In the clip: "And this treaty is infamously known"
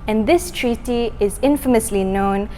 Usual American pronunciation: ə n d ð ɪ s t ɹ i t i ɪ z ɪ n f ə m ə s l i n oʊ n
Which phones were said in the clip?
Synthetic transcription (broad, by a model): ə n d ð ɪ s t ɹ i t i ɪ z ɪ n f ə m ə s l i n oʊ n